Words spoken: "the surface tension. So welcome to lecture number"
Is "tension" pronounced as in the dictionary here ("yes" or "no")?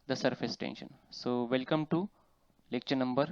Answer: yes